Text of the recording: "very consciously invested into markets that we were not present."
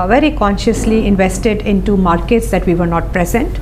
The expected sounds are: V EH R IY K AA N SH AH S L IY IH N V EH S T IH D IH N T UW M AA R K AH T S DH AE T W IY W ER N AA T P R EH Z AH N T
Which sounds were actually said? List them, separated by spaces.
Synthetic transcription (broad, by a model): V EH R IY K AA N SH AH S L IY IH N V EH S T IH D IH N T UW M AA R K AH T S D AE T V IY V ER N AA T P R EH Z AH N T